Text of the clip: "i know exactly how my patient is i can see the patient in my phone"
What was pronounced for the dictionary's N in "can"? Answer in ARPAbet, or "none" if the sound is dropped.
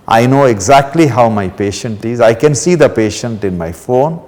N